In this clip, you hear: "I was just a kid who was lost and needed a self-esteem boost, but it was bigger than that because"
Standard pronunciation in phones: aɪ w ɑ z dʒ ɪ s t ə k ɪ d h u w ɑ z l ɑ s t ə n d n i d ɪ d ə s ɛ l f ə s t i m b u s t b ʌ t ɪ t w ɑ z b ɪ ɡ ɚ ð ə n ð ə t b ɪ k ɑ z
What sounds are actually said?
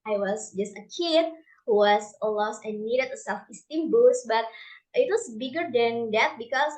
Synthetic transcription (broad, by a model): aɪ w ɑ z dʒ ɪ s t ə k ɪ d h u w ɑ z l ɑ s ə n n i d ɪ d ə s ɛ l f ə s t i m b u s b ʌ t ɪ t w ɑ s b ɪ ɡ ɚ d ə n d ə t b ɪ k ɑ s